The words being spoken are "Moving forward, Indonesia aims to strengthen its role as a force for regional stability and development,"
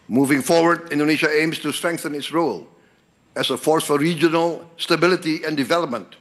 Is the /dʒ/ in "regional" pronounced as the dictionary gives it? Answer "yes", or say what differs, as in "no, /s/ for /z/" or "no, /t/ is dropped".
yes